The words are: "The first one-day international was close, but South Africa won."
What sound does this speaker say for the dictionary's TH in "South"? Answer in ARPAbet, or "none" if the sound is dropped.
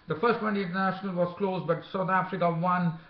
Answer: T